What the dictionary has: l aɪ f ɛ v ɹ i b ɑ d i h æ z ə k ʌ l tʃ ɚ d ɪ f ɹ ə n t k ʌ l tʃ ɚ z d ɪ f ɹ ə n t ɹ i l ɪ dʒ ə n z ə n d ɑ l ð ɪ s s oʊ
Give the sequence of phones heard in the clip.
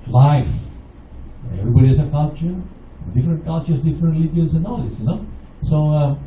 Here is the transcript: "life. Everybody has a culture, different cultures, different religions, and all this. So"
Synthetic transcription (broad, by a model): l aɪ f ɛ v ɹ i b ɑ d i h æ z ə k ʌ l tʃ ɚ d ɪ f ɹ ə n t k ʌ l tʃ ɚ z d ɪ f ɹ ə n t l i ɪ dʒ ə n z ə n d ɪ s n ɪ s s oʊ